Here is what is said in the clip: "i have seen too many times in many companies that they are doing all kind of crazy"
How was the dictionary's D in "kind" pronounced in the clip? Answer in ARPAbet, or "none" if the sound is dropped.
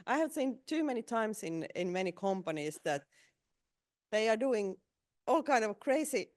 D